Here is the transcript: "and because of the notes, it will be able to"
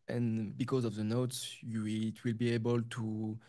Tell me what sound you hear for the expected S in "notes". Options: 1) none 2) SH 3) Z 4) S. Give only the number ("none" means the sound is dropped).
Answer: 4